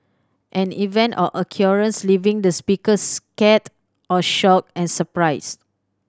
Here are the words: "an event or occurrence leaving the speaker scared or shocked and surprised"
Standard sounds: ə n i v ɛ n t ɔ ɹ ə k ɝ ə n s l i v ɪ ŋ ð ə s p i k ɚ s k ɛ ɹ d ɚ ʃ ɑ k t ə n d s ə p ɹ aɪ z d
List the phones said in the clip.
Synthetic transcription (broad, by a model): ə n i v ɛ n t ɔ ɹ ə k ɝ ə n s l i v ɪ ŋ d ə s p i k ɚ s k ɛ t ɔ ʃ ɑ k ə n s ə p ɹ aɪ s